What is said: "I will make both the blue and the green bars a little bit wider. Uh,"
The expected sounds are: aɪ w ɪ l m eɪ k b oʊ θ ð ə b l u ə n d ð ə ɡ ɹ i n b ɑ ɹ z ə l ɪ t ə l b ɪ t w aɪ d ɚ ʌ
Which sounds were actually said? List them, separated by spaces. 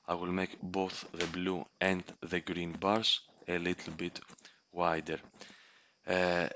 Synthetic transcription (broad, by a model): aɪ w ɪ l m eɪ k b oʊ θ ð ə b l u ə n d ð ə ɡ ɹ i n b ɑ ɹ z ə l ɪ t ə l b ɪ t w aɪ d ɚ